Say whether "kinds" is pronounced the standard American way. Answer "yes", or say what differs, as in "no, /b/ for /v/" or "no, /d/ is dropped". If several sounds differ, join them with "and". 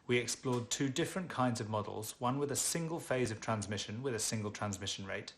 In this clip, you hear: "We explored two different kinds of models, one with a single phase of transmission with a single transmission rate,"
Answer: yes